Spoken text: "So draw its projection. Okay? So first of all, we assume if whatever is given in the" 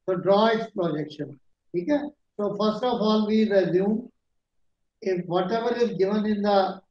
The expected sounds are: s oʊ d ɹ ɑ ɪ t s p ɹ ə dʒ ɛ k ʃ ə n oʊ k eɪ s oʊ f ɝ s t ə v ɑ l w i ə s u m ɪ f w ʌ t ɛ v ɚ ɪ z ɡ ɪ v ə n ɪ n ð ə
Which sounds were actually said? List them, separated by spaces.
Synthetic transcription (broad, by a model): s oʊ d ɹ ɑ ɪ t s p ɹ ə dʒ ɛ k ʃ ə n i k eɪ s oʊ f ɝ s t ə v ɑ l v i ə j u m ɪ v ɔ t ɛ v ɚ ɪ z ɡ ɪ v ə n ɪ n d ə